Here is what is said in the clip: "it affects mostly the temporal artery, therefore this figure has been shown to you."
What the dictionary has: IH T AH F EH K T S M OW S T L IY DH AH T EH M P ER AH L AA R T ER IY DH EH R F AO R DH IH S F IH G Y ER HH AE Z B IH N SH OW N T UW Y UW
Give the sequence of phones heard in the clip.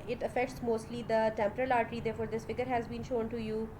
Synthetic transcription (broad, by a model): IH T AH F EH K T S M OW S T L IY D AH T EH M P ER AH L AA R T ER IY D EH R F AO R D IH S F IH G ER HH AE Z B IH N SH OW N T UW Y UW